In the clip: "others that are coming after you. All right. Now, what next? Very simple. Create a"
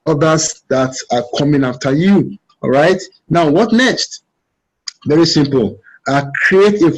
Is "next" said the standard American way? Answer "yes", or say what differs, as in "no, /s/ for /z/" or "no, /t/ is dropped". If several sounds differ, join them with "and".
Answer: yes